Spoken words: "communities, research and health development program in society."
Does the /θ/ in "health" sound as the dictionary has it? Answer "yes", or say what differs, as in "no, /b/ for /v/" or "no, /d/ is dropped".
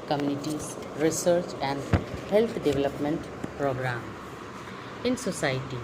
no, /t/ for /θ/